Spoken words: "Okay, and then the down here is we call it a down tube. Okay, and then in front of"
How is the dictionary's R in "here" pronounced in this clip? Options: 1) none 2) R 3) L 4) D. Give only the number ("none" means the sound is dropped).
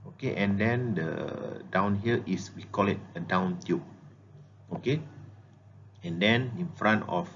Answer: 3